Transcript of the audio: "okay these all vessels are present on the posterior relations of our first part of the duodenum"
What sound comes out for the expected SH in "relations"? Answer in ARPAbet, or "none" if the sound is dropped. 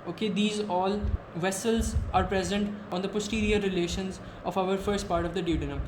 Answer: SH